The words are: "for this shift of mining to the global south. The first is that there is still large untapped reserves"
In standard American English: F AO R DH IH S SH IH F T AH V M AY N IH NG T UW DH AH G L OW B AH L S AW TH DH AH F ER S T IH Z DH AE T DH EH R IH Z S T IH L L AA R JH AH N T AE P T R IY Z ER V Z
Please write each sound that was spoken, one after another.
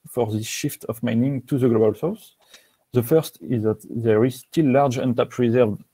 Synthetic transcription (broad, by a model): F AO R DH IH S SH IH F T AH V M AY N IH NG T UW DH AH G L OW B AH L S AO S DH AH F ER S T IH Z DH AE T DH EH R IH Z S T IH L L AA R JH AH N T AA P R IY Z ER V